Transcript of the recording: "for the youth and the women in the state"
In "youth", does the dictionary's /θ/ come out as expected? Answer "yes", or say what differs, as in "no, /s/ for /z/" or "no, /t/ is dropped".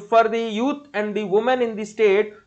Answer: no, /t/ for /θ/